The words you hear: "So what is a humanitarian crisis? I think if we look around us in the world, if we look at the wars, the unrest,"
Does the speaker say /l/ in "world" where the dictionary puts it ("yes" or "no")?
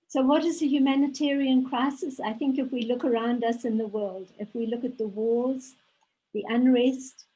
yes